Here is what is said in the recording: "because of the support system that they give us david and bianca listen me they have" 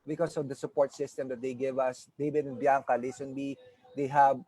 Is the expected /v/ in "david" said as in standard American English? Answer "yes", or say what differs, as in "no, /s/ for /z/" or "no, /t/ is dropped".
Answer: no, /b/ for /v/